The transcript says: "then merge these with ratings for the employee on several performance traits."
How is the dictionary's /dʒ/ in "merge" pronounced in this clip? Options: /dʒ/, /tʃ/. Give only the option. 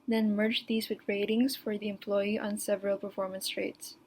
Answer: /dʒ/